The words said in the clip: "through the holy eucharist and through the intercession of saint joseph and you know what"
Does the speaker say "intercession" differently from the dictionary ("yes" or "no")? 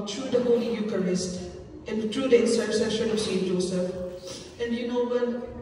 yes